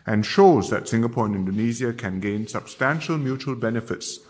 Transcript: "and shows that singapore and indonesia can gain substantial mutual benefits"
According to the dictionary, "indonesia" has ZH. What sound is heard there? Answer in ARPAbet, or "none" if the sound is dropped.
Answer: Z